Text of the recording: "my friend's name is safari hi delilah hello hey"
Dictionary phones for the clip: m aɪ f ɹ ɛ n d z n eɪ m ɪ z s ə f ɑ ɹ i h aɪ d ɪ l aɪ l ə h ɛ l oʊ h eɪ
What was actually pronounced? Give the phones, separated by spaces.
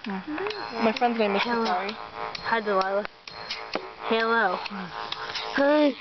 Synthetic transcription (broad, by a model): m aɪ f ɹ ɛ n d z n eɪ ɪ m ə ɑ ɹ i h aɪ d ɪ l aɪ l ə h ɛ l oʊ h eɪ